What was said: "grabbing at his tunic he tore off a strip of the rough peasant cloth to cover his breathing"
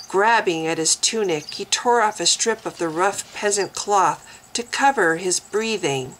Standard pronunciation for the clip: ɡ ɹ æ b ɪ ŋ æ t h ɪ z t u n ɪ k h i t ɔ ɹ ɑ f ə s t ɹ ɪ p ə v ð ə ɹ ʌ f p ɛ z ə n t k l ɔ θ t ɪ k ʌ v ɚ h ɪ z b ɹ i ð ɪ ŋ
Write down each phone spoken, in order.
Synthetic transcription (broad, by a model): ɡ ɹ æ b ɪ ŋ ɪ t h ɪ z t u n ɪ k h i t ɔ ɹ ɑ f ə s t ɹ ɪ p ə v ð ə ɹ ʌ f p ɛ z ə n k l ɔ θ t ɪ k ʌ v ɚ ɪ z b ɹ i ð ɪ ŋ